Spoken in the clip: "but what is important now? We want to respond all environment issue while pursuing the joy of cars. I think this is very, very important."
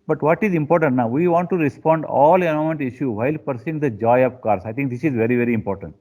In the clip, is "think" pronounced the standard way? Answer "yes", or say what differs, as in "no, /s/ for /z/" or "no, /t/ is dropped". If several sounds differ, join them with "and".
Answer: no, /t/ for /θ/